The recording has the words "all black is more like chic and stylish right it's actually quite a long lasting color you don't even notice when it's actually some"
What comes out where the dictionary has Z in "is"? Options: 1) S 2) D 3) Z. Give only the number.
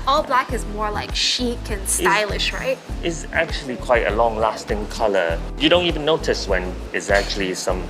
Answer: 3